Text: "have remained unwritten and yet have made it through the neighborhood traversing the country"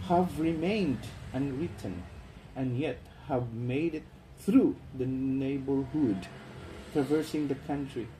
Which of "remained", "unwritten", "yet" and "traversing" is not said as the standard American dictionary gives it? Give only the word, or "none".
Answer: none